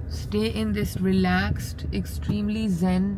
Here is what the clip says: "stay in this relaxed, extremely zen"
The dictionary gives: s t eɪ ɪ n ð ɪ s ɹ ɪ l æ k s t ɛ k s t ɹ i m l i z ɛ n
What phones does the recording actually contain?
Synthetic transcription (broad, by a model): s t eɪ ɪ n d ɪ s ɹ ɪ l æ k s t ɛ k s t ɹ i m l i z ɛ n